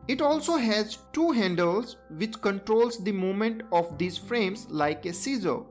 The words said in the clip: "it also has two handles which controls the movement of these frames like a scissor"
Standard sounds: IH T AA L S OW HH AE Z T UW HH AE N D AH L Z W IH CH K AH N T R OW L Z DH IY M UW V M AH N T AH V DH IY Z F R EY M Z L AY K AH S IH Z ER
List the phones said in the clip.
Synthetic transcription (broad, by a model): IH T AA L S OW HH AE Z T UW HH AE N D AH L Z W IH CH K AH N T R OW L Z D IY M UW M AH N T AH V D IY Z F R EY M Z L AY K AH S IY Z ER